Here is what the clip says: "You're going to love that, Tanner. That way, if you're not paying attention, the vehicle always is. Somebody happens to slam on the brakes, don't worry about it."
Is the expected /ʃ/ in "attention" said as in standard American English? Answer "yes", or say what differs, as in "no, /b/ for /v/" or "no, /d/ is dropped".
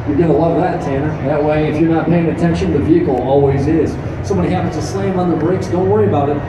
yes